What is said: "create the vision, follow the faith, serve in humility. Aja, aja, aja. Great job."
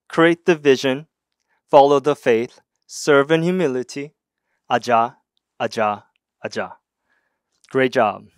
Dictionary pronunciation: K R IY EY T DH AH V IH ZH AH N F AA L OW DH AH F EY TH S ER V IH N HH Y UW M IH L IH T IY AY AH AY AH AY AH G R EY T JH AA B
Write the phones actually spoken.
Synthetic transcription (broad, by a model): K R IY EY T DH AH V IH ZH AH N F AA L OW DH AH F EY TH S ER V IH N Y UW M IH L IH T IY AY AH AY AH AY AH G R EY T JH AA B